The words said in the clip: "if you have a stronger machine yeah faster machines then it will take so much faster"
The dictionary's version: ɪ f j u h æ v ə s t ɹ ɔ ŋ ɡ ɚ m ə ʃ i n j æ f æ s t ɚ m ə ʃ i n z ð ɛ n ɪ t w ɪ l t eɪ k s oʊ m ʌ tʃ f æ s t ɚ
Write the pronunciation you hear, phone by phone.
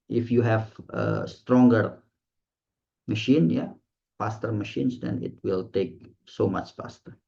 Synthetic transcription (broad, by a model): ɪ f j u h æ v ə s t ɹ ɔ ŋ ɡ ɚ m ə ʃ i n j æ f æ s t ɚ m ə ʃ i n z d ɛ n ɪ t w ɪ l t eɪ k s oʊ m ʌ tʃ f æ s t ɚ